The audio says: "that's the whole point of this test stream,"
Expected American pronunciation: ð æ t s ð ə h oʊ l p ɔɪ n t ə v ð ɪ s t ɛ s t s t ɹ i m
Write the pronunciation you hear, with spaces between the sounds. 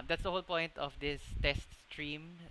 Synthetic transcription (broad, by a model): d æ t s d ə h oʊ l p ɔɪ n t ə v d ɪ s t ɛ s t s t ɹ i m